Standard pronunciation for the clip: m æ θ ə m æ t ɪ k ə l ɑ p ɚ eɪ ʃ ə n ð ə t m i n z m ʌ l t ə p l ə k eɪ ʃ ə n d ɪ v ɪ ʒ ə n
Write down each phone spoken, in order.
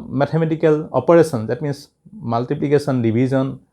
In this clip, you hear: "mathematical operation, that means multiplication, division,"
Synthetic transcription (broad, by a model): m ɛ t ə m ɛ t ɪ k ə l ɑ p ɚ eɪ s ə n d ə t m i n s m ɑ l t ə p l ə k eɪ s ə n d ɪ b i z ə n